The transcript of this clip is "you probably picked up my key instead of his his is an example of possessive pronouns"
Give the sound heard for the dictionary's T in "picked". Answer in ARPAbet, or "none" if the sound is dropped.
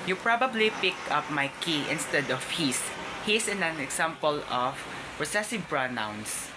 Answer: none